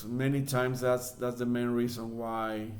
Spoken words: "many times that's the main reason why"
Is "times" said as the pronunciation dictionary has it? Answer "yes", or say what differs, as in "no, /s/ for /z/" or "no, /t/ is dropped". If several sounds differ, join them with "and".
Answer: no, /s/ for /z/